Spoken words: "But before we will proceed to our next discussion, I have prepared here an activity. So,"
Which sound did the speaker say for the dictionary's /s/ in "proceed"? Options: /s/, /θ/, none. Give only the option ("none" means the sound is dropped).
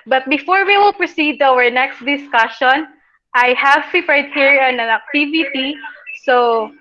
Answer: /s/